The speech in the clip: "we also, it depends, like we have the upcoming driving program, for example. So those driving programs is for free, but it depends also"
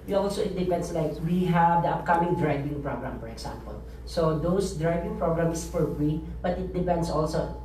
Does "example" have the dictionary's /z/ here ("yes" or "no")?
no